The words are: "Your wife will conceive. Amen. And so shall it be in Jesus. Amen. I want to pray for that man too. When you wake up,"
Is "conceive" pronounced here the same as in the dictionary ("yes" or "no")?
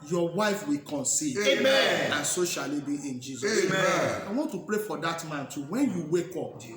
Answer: no